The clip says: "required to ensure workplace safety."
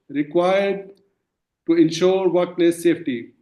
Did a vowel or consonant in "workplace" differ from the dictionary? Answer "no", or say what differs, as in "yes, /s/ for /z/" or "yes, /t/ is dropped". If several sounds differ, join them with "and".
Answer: yes, /p/ is dropped